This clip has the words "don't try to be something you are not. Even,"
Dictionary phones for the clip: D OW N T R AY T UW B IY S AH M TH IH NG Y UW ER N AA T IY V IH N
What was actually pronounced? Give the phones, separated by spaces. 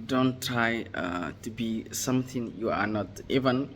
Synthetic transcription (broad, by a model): D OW N T R AY T UW B IY S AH M T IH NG Y UW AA N AA T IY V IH N